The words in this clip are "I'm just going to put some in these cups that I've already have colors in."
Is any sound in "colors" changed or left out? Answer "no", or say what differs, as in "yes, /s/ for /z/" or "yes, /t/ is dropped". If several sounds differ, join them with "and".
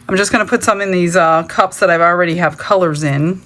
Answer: no